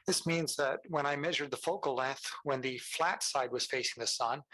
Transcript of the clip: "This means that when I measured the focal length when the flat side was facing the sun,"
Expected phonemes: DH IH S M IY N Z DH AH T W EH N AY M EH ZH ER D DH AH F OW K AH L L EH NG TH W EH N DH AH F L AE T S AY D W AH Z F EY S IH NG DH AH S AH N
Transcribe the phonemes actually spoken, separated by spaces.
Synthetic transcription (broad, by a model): DH IH S M IY N Z DH AH T W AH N AY M EH ZH ER D DH AH F OW K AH L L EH TH W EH N DH AH F L AE T S AY D W AH Z F EY S IH NG DH AH S AH N